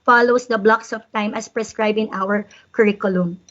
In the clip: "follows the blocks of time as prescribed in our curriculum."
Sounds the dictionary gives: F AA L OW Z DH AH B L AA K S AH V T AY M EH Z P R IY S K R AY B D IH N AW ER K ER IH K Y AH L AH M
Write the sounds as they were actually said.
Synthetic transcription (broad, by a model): F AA L OW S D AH B L AA K S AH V T AY M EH S P R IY S K R AY B IH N AW ER K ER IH K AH L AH M